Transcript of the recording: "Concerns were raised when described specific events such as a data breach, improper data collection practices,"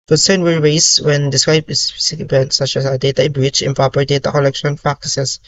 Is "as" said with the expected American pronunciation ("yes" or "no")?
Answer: no